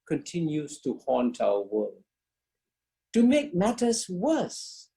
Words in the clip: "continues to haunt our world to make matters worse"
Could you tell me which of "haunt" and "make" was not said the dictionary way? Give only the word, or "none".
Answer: none